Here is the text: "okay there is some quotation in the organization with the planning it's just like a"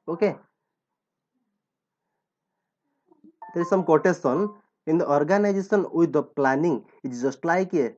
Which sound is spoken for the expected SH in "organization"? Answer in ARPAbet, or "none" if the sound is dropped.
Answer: S